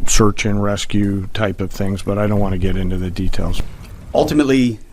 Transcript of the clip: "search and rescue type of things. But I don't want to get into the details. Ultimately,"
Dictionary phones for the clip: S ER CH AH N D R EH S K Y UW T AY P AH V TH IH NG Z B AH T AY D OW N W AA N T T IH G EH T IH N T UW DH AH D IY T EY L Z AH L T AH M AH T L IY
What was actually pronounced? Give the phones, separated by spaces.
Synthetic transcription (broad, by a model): S ER CH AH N R EH S K Y UW T AY P AH V TH IH NG Z B AH T AY D OW N W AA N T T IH G EH T IH N T UW DH AH D IY T EY L Z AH L T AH M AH T L IY